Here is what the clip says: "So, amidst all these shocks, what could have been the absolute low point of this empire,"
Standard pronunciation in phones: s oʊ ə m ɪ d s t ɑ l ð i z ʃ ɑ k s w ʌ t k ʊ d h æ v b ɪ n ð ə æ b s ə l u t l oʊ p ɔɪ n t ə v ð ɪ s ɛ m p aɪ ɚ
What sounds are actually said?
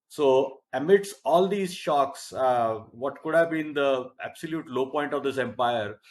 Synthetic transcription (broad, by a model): s oʊ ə m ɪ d s ɑ l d i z ʃ ɑ k s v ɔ t k ʊ d h æ v b ɪ n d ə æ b s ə l u t l oʊ p ɔɪ n t ə v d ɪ s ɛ m p aɪ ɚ